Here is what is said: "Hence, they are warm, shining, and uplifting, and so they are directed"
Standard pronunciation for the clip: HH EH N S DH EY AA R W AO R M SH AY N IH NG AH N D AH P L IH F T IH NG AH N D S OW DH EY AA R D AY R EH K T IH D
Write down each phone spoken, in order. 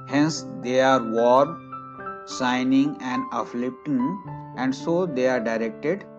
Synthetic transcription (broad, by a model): HH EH N S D EY AA R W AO R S AY N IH NG AH N D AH F L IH P T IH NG AH N D S OW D EY AA R D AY R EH K T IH D